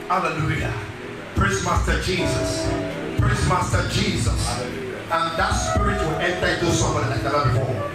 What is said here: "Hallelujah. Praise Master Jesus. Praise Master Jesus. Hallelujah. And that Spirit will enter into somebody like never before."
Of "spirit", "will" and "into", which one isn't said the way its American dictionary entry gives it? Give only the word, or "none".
none